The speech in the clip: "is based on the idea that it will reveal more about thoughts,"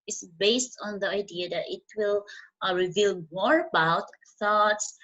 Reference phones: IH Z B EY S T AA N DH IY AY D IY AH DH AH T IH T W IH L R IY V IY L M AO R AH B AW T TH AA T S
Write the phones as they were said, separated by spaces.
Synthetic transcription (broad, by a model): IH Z B EY S T AA N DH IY AY D IY AH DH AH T IH T W IH L R IY V IY L M AO R AH B AW T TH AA T S